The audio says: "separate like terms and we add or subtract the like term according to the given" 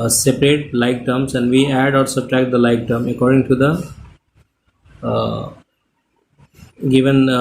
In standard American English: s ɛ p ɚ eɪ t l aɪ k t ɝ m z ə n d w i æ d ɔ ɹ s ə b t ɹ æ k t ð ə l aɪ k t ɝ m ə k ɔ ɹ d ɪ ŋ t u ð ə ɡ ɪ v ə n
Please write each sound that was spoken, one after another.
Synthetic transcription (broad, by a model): s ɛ p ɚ eɪ t l aɪ k t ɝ m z ə n d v i æ d ɔ ɹ s ə b t ɹ æ k t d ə l aɪ k t ɝ m ə k ɔ ɹ d ɪ ŋ t u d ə ɡ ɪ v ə n